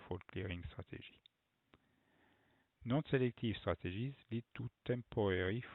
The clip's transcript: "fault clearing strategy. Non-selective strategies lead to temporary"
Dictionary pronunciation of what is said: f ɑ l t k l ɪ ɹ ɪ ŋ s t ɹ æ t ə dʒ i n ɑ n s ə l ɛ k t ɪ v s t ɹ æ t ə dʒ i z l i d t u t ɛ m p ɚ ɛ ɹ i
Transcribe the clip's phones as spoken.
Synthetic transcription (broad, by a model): f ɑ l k l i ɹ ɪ ŋ s t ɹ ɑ t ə ʒ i n ɑ n s ə l ɛ k t ɪ v s t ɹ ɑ t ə ʒ i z l i d t u t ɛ m p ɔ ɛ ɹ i